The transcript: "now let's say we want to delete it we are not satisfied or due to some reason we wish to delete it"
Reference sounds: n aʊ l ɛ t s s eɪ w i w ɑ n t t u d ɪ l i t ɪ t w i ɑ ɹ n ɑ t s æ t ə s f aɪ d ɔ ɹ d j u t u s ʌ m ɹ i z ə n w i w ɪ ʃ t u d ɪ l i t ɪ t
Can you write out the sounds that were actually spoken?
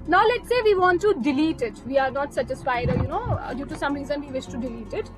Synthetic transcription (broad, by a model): n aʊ l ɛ t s s eɪ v i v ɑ n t t u d ɪ l i t ɪ t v i ɑ ɹ n ɑ t s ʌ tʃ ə s p aɪ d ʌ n d j u t u s ʌ m ɹ i z ə n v i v ɪ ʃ t u d ɪ l i t ɪ t